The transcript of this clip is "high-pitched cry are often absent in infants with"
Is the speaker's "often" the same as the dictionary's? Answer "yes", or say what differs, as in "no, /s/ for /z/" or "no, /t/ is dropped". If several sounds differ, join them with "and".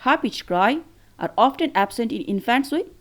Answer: yes